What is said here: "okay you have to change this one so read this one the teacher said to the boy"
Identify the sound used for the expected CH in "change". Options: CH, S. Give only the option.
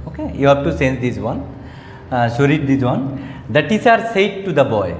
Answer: S